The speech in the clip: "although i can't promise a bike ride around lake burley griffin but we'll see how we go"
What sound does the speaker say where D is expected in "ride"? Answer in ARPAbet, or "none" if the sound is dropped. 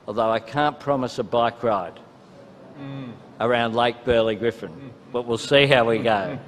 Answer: D